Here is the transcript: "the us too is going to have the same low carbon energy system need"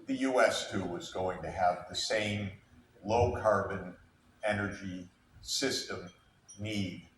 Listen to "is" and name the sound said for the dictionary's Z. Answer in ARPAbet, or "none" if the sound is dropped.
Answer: Z